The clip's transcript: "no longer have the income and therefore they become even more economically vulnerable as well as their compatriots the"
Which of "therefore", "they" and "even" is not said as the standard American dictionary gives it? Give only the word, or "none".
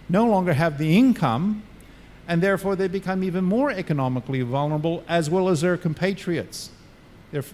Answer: none